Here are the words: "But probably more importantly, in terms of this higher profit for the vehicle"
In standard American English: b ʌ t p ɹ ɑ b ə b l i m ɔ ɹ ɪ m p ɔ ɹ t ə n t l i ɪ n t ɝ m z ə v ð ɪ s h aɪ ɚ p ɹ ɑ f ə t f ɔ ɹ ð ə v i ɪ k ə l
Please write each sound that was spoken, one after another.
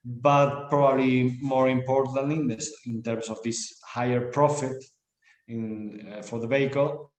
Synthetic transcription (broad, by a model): b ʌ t p ɹ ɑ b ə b l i m ɔ ɹ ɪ m p ɔ ɹ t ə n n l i ɪ n t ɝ m s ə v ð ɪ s h aɪ ɚ p ɹ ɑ f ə t f ɔ ɹ ð ə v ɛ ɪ k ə l